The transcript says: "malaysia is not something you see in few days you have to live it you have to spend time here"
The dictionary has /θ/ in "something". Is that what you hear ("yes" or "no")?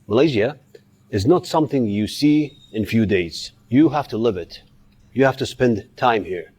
yes